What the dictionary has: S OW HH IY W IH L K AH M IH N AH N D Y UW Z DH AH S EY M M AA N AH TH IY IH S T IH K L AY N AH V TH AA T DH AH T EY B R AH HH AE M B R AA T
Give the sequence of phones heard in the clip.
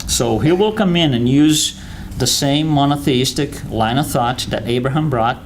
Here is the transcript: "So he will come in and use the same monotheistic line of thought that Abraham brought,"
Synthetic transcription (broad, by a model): S OW HH IY W IH L K AH M IH N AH N Y UW Z DH AH S EY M M AA N AH TH IY IH S T IH K L AY N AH TH AA T DH AH T EY B R AH HH AE M B R AA T